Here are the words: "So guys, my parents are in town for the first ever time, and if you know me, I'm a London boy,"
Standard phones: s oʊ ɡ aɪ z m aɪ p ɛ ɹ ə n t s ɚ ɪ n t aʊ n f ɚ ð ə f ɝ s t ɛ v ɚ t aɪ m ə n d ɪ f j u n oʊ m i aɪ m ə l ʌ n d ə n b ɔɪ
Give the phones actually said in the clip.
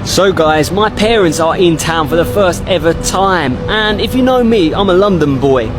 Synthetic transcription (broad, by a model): s oʊ ɡ aɪ z m aɪ p ɛ ɹ ə n t s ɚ ɪ n t aʊ n f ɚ ð ə f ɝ s t ɛ v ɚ t aɪ m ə n ɪ f j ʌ n oʊ m i aɪ m ə l ʌ n d ə n b ɔɪ